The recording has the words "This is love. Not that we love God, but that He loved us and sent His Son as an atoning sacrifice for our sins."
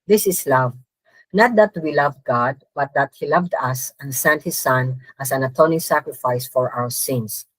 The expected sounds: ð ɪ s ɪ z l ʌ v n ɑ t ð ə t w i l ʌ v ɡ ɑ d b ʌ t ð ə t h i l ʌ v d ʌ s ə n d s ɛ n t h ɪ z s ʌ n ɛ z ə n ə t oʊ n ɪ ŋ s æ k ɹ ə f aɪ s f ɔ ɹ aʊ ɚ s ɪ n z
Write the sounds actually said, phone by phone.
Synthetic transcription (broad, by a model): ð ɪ s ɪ s l ʌ v n ɑ t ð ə t w i l ʌ v ɡ ɑ d b ʌ t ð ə t h i l ʌ v d ʌ s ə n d s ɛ n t h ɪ s ʌ n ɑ s ə n ə t oʊ n ɪ ŋ s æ k ɹ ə f aɪ s f ɔ ɹ aʊ ɚ s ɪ n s